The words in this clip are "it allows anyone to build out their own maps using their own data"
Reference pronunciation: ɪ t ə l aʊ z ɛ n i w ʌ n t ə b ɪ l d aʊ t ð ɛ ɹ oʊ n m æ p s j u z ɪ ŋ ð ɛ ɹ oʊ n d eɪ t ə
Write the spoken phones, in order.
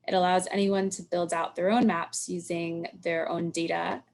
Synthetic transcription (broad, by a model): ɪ t ə l aʊ z ɛ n i w ʌ n t ə b ɪ l d aʊ t ð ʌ ɹ oʊ n m æ p s j u z ɪ ŋ ð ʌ ɹ oʊ n d eɪ t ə